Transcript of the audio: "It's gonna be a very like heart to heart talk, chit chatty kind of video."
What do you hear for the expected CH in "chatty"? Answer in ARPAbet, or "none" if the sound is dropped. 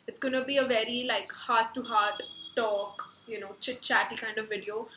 CH